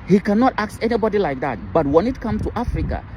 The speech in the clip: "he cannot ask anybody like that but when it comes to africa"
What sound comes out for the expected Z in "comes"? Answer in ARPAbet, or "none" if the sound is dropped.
none